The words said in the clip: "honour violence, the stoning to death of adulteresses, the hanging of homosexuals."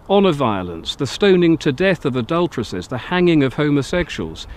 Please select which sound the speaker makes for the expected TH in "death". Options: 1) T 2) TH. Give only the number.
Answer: 2